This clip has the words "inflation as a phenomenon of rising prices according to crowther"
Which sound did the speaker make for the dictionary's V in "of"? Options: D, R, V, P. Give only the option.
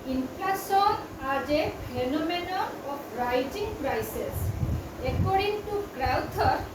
P